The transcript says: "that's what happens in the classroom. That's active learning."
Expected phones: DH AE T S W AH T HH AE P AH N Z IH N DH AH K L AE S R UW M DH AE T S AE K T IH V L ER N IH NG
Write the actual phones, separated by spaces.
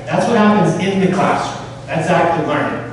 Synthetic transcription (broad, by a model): DH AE T S W AH T HH AE P AH N Z IH N DH AH K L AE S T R DH AE T S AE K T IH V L ER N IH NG